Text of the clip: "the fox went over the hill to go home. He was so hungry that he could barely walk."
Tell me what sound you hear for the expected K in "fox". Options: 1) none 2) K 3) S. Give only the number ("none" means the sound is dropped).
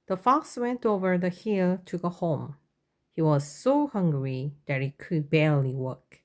2